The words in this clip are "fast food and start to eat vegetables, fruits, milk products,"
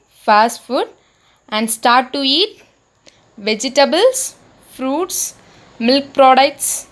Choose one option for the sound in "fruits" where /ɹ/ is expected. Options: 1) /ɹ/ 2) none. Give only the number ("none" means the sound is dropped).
1